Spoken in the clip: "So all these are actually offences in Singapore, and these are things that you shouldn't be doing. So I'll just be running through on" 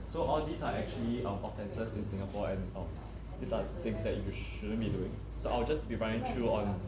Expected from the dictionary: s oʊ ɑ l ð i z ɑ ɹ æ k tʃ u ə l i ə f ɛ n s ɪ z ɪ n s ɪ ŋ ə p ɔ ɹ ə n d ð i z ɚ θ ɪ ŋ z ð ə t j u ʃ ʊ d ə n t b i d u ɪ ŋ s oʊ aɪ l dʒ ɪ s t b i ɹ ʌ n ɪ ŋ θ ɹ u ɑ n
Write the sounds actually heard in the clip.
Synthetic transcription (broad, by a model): s oʊ ɑ l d i s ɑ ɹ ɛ k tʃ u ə l i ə f ɛ n s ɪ s ɪ n s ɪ ŋ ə p ɔ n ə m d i s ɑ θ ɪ ŋ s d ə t j u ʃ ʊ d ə n b i d u ɪ ŋ s oʊ aɪ w dʒ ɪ s b i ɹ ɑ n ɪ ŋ t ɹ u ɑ n